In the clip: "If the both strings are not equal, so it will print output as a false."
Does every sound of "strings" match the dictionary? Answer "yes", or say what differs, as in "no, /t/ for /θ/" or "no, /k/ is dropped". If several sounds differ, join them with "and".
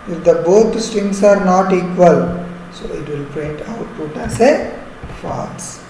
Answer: no, /ɹ/ is dropped and /s/ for /z/